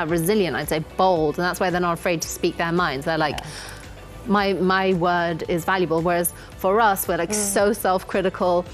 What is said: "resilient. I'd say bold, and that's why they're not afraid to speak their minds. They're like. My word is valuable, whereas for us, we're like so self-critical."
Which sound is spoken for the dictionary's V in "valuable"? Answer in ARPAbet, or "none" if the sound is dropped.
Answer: V